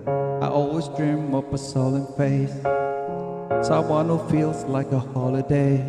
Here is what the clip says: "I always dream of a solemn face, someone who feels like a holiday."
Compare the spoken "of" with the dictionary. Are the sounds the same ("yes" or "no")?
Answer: no